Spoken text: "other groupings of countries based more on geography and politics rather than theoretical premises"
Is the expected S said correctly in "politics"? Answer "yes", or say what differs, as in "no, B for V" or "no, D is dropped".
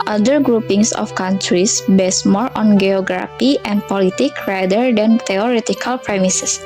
no, S is dropped